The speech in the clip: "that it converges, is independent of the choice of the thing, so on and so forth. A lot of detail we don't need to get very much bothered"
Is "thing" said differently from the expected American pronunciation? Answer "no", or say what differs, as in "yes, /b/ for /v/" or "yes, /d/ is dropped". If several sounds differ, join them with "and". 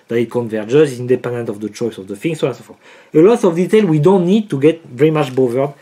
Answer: yes, /f/ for /θ/